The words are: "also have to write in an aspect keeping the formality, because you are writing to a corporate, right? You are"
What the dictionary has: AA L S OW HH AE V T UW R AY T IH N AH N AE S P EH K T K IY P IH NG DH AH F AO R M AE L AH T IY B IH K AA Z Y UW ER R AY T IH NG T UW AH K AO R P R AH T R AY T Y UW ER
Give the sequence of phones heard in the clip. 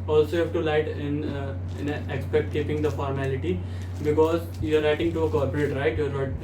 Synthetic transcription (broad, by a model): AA L S OW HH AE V T UW L AY T IH N AH N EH S P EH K T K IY P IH NG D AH F AO R M AE L AH T IY B IH K AA Z Y UW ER R AY T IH NG T UW AH K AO R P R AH T R AY T Y UW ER